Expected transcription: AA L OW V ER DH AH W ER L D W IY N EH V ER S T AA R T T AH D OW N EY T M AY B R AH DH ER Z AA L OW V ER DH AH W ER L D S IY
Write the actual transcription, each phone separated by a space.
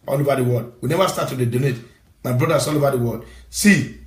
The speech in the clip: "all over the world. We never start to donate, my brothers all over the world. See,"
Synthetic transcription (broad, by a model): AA L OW V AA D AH W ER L D W IY N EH V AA S T AA T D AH D OW N EY T M AY B R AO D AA S AA L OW V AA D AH W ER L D S IY